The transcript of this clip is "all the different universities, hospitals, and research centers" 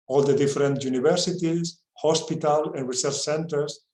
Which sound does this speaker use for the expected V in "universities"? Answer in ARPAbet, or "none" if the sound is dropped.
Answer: B